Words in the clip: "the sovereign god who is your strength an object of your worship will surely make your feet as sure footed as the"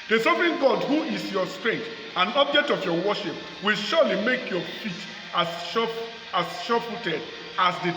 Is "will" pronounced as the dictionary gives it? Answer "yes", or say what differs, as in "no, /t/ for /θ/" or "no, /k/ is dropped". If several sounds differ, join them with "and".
yes